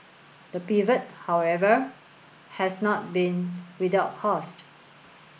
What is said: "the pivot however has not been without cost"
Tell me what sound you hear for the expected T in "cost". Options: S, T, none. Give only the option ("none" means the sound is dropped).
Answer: T